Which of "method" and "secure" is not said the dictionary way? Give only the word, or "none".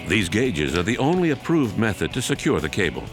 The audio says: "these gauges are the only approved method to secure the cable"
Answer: none